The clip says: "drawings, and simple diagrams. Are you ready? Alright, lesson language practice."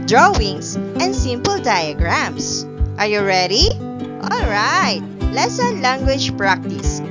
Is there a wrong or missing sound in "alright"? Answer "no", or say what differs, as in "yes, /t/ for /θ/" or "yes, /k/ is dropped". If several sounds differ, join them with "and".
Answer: no